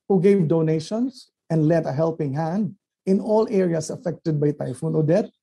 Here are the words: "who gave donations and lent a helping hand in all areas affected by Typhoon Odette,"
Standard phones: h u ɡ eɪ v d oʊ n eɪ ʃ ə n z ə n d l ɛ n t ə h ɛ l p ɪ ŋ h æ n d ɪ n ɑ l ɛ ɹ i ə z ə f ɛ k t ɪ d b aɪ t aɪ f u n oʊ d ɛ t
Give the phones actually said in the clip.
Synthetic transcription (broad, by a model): h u ɡ eɪ v d oʊ n eɪ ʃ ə n s ə n d l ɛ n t ə h ɛ l p ɪ ŋ h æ n d ɪ n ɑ l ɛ ɹ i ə s ə f ɛ k t ɪ d b aɪ t aɪ f u n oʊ d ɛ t